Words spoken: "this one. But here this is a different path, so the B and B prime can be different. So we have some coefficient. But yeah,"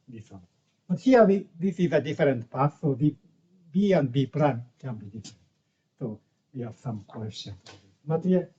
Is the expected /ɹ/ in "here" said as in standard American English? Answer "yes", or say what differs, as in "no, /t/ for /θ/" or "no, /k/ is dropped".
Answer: no, /w/ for /ɹ/